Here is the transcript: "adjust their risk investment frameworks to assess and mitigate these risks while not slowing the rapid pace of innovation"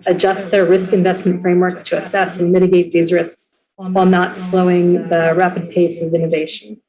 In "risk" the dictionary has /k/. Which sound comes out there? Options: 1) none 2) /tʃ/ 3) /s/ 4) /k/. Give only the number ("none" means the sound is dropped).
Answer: 4